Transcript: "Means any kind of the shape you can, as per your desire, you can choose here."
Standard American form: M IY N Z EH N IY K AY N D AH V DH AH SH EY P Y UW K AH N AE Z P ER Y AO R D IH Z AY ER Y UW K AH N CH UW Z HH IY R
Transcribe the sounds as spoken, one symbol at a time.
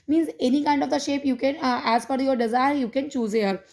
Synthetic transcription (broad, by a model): M IY N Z EH N IY K AY N D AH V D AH SH EY P Y UW K AH N AE Z F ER Y AO R D IH Z AY ER Y UW K AH N CH UW Z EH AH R